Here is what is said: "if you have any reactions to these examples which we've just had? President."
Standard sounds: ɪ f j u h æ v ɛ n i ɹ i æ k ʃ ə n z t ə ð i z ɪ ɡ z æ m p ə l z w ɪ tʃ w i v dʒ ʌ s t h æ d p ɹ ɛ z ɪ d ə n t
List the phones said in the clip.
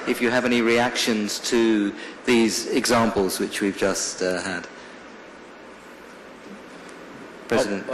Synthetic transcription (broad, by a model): ɪ f j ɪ v ɛ n i ɹ i æ k ʃ ə n z t ə ð i z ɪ ɡ z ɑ m p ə l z w ɪ tʃ w i v dʒ ʌ s t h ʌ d p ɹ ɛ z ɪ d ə n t